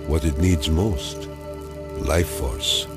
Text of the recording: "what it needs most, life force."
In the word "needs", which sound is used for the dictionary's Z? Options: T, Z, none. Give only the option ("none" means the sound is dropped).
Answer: Z